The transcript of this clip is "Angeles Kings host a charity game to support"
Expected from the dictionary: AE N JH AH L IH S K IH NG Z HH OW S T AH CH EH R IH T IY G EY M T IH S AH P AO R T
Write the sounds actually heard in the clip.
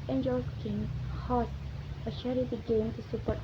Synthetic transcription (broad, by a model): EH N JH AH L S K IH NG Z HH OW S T AH SH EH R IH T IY G EY M T IH S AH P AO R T